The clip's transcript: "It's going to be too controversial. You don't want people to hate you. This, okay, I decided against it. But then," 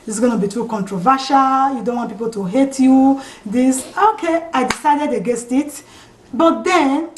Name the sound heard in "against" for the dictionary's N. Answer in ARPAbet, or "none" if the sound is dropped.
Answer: none